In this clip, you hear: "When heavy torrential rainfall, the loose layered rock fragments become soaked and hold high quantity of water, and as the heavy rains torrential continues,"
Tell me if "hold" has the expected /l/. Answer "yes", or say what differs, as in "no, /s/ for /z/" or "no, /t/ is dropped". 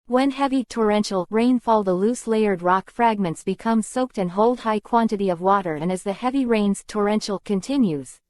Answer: yes